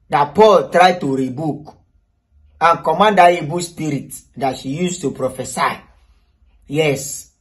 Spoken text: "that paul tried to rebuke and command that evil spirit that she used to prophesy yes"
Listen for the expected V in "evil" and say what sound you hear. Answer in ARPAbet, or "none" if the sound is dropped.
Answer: B